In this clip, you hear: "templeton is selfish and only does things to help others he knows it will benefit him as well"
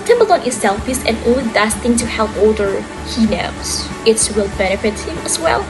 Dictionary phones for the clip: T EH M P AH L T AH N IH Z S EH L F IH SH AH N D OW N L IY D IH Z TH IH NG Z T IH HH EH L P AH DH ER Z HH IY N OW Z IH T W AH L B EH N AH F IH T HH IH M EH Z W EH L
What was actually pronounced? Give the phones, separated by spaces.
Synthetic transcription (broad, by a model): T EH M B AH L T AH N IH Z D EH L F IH S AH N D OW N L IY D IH S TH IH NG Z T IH HH EH L P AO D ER HH IY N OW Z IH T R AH L B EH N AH F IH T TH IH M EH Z W EH L